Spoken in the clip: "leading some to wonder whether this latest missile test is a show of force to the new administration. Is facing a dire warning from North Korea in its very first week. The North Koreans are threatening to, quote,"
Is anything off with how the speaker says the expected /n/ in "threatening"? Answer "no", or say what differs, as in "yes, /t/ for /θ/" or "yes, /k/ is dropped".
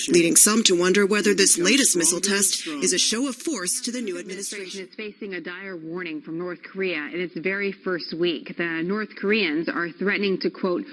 no